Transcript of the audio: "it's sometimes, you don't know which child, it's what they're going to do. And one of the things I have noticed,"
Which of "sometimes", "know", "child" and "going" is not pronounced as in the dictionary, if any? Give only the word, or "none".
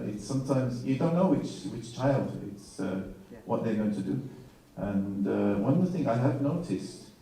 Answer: none